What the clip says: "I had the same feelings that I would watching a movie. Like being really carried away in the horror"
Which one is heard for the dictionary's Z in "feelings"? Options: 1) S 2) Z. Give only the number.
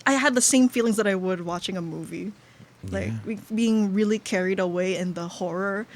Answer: 2